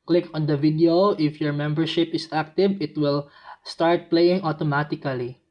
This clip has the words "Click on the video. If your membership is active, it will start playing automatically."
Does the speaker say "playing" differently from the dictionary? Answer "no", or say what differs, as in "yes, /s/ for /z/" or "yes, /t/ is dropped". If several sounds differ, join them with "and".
no